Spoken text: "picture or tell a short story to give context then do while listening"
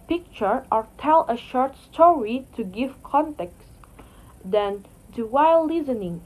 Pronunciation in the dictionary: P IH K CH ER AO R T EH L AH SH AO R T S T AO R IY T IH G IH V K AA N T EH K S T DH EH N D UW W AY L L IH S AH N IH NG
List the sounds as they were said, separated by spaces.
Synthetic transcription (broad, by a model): P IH K CH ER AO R T EH L AH SH AO R T S T AO R IY T IH G IH V K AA N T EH K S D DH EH N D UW W AY L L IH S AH N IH NG